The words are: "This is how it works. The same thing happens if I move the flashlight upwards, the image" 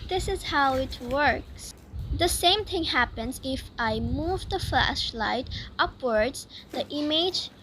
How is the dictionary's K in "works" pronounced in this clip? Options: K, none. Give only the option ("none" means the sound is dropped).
K